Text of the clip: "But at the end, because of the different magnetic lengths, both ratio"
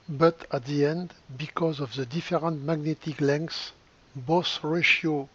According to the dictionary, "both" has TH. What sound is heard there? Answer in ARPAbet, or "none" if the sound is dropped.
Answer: S